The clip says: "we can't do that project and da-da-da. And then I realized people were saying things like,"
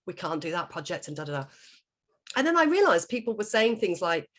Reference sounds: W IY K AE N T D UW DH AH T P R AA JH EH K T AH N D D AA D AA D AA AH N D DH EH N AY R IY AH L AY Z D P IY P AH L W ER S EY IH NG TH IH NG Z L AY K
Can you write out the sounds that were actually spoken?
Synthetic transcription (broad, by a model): W IY K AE N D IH DH AH T P R AA JH EH K T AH N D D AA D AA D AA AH N DH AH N AY R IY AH L AY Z P IY P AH L W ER S EY IH NG TH IH NG Z L AY K